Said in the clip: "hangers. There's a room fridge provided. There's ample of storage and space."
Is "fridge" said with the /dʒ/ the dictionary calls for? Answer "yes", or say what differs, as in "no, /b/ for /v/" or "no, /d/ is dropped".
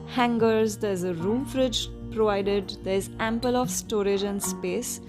yes